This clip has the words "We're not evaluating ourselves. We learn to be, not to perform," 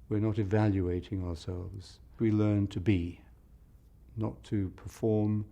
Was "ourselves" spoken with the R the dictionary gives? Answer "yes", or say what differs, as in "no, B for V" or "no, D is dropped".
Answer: yes